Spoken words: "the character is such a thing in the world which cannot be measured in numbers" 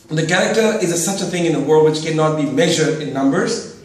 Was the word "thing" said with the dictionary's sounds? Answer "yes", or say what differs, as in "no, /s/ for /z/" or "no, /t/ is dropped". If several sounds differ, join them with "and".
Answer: yes